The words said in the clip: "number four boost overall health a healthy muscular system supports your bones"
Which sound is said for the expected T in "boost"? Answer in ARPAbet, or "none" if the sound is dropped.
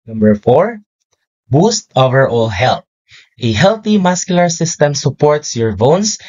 T